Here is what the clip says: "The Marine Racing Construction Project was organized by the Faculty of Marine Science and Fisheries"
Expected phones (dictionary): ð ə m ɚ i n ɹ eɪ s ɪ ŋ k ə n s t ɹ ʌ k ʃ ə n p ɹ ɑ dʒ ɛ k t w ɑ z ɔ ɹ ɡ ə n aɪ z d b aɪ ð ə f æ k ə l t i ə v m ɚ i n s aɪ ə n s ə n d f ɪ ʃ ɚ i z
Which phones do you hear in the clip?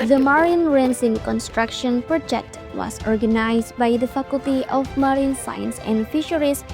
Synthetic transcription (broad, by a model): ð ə m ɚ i n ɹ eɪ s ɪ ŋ k ə n s t ɹ ʌ k ʃ ə n p ɹ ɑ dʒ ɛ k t w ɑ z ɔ ɹ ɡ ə n aɪ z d b aɪ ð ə f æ k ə l t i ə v m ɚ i n s aɪ ə n s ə n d f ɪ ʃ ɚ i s